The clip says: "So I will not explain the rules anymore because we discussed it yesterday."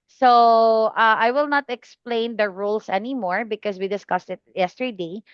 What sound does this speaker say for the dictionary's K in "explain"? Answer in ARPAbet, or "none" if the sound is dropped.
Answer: K